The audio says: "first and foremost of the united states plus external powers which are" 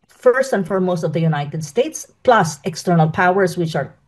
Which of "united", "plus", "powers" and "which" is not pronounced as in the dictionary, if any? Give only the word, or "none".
powers